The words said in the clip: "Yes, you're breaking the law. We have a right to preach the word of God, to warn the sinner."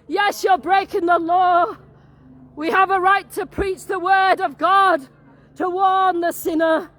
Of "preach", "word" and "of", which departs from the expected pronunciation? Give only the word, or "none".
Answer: none